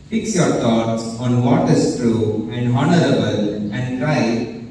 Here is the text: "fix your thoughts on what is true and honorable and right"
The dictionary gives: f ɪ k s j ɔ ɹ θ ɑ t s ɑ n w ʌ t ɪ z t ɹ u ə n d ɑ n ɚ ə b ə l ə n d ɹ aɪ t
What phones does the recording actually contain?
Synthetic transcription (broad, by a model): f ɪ k s j ɔ ɹ t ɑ t s ɑ n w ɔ t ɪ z t ɹ u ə n d ɑ n ɚ ə b ə l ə n d ɹ aɪ